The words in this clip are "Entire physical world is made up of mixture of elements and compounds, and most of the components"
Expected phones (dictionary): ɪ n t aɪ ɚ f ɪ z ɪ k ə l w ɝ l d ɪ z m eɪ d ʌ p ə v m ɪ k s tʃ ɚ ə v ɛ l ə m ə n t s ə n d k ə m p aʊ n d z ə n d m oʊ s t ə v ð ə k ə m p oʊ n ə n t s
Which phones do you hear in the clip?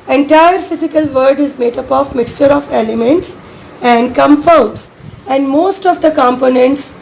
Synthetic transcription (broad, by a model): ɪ n t aɪ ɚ f ɪ z ɪ k ə l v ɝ d ɪ z m eɪ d ʌ p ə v m ɪ k s tʃ ɚ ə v ɛ l ə m ə n t s ə n d k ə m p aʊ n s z ə n d m oʊ s t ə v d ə k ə m p oʊ n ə n t s